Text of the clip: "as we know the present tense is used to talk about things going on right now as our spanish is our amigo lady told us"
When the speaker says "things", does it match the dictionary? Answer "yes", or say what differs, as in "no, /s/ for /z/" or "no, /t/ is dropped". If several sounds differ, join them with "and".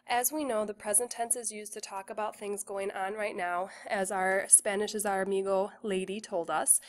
yes